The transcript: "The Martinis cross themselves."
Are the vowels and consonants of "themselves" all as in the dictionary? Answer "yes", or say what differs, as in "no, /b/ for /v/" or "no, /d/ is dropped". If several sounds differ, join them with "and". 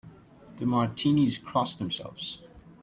yes